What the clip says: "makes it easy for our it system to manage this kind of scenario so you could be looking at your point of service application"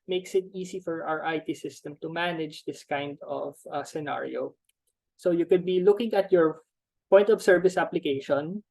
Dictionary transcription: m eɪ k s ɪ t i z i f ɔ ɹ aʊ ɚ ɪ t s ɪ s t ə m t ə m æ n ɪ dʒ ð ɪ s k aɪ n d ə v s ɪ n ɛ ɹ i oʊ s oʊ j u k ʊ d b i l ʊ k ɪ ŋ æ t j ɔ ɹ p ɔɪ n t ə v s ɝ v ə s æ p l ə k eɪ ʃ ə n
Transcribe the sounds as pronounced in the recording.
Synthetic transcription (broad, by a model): m eɪ k s ɪ t i s i f ɔ ɹ aʊ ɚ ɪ t s ɪ s t ə m t ə m æ n ɪ dʒ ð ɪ s k aɪ n d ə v s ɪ n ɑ ɹ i oʊ s oʊ j u k ʊ d b i l ʊ k ɪ ŋ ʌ t j ɔ ɹ p ɔɪ n t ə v s ɝ v ə s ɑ p l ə k eɪ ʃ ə n